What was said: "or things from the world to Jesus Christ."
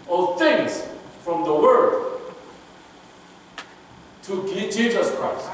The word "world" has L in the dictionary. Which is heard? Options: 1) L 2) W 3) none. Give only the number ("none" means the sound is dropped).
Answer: 3